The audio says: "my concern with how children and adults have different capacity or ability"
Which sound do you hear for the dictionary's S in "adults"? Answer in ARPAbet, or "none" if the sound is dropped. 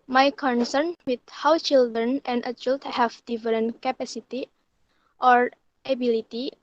none